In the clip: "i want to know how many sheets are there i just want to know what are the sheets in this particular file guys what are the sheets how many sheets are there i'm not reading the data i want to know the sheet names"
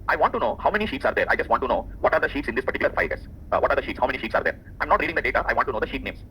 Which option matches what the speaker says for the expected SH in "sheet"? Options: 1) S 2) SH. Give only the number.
2